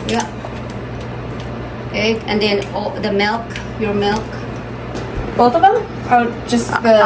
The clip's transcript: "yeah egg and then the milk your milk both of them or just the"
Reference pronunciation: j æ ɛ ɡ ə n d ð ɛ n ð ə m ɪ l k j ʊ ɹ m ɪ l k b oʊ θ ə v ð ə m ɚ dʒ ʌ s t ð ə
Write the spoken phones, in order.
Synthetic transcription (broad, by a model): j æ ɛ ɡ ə n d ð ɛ n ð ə m ɪ l k j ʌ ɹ m ɪ l k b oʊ t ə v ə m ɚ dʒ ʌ s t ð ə